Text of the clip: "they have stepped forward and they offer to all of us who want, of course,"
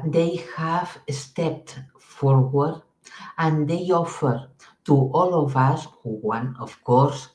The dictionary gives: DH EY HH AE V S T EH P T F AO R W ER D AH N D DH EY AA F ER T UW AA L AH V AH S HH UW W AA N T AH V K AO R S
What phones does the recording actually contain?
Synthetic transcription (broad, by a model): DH EY HH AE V S T EH P T F AO R W ER D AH N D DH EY AA F ER T UW AA L AH V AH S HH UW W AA N AH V K AO R S